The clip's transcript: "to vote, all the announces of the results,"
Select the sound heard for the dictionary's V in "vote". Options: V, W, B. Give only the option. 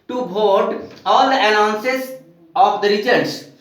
B